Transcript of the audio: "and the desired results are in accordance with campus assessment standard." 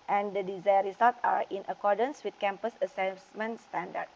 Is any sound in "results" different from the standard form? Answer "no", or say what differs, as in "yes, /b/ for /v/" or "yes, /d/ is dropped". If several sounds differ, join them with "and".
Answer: yes, /s/ is dropped